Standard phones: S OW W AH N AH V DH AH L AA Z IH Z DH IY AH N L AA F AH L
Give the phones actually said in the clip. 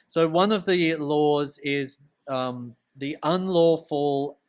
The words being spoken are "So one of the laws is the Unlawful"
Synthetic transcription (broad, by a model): S OW W AH N AH V DH AH L AA Z IH Z DH IY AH N L AA F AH L